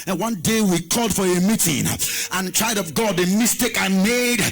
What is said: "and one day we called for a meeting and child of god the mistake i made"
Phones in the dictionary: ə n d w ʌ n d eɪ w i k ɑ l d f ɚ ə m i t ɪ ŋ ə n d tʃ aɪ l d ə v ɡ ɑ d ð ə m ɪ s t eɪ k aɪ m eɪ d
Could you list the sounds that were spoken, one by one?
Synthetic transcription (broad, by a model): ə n w ʌ n d eɪ w i k ɑ l d f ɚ ə m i t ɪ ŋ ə n tʃ aɪ d ə v ɡ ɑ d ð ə m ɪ s t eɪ k aɪ m eɪ d